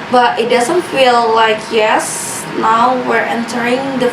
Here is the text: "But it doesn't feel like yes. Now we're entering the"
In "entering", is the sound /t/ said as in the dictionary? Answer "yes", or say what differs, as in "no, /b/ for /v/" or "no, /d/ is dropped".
yes